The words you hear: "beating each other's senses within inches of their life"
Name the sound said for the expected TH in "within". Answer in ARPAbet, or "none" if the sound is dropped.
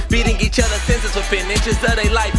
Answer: F